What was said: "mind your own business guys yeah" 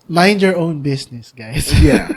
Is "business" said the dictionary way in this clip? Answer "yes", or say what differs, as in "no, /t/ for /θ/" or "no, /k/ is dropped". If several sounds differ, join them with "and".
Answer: no, /s/ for /z/